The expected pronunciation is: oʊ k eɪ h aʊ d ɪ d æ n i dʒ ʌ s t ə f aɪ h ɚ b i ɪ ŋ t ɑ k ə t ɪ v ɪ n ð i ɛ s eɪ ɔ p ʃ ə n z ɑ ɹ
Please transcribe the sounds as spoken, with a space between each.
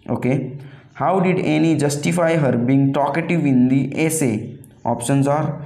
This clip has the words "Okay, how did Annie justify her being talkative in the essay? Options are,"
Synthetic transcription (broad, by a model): oʊ k eɪ h aʊ d ɪ d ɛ n i dʒ ʌ s t ə f aɪ h ɚ b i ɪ ŋ t ɑ k ə t ɪ v ɪ n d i ɛ s eɪ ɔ p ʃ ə n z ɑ ɹ